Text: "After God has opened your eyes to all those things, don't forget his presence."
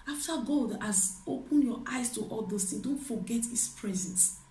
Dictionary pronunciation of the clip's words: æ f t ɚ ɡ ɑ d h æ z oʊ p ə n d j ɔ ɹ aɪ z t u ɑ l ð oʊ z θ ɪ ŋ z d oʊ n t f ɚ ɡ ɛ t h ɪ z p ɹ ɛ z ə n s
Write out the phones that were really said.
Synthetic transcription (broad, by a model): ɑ f t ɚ ɡ ɑ d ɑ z oʊ p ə n j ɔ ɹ aɪ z t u ɑ l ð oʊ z t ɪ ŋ d oʊ n t f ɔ ɡ ɛ t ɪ s p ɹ ɛ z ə n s